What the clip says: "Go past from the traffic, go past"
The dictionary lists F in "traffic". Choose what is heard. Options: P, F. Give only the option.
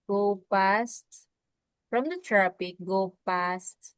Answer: P